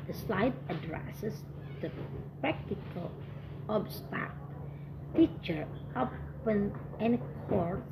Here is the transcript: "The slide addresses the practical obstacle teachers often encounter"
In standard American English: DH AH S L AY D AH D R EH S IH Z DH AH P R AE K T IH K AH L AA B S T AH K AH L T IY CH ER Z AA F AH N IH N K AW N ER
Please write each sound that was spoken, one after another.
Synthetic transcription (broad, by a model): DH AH S L AY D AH D R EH S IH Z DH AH P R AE K T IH K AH L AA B S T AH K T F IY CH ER AA P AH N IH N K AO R